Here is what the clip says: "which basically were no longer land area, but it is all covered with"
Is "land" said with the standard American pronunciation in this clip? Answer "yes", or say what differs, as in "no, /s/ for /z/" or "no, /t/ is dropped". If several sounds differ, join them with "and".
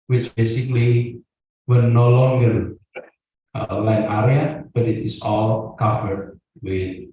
no, /d/ is dropped